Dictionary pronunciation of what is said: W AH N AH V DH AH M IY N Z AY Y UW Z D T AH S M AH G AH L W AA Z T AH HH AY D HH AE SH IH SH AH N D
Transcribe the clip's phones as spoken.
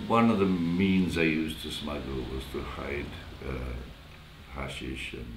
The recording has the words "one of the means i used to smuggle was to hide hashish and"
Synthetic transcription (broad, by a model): W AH N AH V DH AH M IY N Z AY Y UW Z T AH S M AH G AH L W AA Z T AH HH AY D HH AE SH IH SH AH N